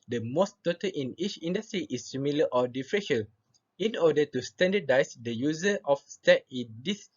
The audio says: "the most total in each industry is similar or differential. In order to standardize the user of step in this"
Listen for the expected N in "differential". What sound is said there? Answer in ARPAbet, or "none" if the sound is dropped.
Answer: none